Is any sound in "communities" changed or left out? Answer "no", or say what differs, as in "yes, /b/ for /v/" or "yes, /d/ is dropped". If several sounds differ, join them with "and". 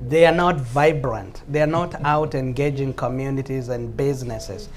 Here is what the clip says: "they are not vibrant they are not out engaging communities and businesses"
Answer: no